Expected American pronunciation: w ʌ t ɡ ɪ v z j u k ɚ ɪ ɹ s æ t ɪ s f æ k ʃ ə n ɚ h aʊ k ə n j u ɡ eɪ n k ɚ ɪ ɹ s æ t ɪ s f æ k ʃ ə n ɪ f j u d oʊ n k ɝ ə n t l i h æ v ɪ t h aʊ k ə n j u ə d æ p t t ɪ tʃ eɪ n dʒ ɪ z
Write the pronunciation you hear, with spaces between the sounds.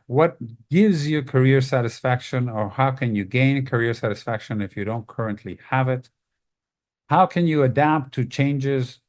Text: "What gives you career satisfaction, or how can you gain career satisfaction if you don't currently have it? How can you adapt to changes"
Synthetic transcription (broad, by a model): w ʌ t ɡ ɪ v z j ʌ k ɚ ɪ ɹ s æ t ɪ s f æ k ʃ ə n ɚ h aʊ k ə n j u ɡ eɪ n k ɚ ɪ ɹ s æ t ɪ s f æ k ʃ ə n ɪ f j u d oʊ n k ɝ ə n t l i h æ v ɪ t h aʊ k ə n j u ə d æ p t t ɪ tʃ eɪ n dʒ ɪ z